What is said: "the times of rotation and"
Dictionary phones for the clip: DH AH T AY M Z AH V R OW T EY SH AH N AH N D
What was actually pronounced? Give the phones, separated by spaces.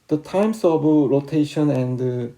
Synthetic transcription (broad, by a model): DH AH T AY M S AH B R OW T EY SH AH N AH N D